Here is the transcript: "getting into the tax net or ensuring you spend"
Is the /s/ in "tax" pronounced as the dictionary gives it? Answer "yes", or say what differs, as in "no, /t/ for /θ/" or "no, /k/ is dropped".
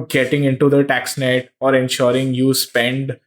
yes